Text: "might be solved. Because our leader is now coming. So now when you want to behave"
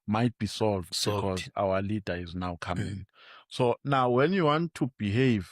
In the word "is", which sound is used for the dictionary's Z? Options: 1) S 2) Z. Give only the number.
2